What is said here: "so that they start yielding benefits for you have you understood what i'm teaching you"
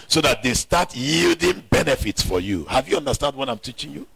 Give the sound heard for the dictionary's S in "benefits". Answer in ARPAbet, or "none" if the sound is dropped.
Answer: S